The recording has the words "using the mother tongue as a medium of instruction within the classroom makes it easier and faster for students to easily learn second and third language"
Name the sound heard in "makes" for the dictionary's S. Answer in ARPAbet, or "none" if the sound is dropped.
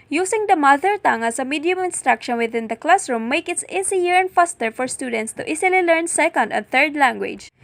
none